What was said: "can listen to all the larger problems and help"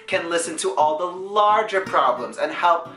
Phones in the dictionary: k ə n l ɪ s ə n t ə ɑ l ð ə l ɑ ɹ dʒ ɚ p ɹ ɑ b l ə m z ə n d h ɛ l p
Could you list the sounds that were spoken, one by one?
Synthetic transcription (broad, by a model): k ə n l ɪ s ə n t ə ɑ l ð ə l ɑ ɹ dʒ ɚ p ɹ ɑ b l ə m z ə n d h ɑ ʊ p